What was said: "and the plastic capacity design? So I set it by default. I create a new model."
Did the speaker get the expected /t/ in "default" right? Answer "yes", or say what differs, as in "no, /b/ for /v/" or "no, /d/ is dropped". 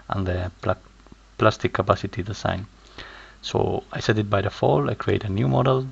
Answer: no, /t/ is dropped